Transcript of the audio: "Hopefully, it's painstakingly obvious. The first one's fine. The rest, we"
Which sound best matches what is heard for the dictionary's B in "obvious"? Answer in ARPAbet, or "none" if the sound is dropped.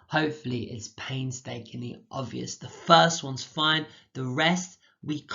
B